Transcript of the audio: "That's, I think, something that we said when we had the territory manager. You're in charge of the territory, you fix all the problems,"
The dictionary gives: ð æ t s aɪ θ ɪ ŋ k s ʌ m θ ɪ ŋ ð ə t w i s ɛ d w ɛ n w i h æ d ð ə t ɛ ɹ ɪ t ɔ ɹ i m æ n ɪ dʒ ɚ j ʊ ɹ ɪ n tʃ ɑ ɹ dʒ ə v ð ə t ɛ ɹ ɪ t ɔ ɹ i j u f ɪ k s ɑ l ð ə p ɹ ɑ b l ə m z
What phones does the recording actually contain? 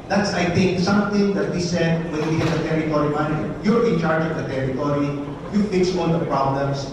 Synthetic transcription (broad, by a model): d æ t s aɪ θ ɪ ŋ k s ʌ m t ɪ ŋ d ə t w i s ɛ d w ɛ n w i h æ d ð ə t ɛ ɹ ɪ t ɔ ɹ i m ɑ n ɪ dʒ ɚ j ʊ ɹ ɪ n tʃ ɑ ɹ dʒ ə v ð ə t ɛ ɹ ɪ t ɔ ɹ i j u f ɪ k s ɑ l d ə p ɹ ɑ b l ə m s